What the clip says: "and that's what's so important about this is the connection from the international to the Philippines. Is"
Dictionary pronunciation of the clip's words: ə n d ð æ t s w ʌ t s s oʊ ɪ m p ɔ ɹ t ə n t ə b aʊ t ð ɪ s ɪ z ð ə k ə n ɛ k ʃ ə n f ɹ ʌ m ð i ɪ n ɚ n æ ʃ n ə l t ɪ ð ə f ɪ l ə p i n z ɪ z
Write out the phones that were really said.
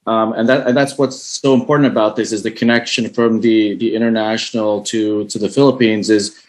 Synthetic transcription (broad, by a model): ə n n ð æ t s w ʌ t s s oʊ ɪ m p ɔ ɹ t n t ə b aʊ t ð ɪ s ɪ z ð ə k ə n ɛ k ʃ ə n f ɹ ʌ m ð i ɪ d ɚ n æ ʃ n l t ɪ ð ə f ɪ l ə p i n z ɪ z